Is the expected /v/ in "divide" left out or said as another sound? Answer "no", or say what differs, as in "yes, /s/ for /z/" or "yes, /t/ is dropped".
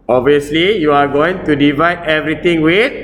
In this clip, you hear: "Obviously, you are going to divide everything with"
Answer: no